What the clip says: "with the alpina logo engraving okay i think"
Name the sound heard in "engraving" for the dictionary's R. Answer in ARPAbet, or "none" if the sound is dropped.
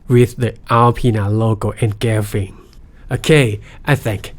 none